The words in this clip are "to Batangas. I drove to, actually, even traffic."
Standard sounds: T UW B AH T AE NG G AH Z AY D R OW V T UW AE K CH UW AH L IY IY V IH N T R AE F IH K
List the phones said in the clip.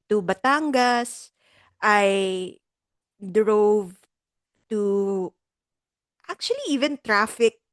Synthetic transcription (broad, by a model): T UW B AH T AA NG G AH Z AY D R OW V T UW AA K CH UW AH L IY IY V IH N T R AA F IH K